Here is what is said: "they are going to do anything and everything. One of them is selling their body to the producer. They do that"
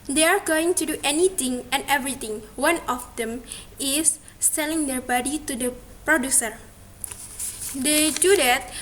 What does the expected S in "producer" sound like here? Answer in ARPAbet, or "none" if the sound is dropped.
S